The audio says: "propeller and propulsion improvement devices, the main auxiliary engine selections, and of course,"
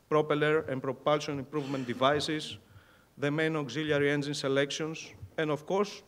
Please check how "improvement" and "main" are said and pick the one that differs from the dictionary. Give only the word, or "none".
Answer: none